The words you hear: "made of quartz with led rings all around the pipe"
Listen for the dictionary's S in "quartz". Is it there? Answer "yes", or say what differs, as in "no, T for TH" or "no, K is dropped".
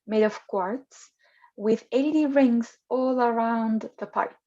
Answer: yes